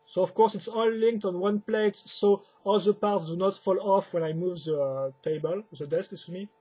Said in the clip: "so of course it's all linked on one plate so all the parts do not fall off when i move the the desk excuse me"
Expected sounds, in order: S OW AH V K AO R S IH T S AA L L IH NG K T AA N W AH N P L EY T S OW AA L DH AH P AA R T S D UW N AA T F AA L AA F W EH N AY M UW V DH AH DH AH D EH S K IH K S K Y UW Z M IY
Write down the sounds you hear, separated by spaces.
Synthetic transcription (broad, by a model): S OW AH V K AO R S IH T S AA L L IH NG K T AA N W AH N P L EY T S OW AA L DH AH P AA R T S D UW N AA T F AA L AA F W EH N AY M UW V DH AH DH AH D EH S K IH S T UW M IY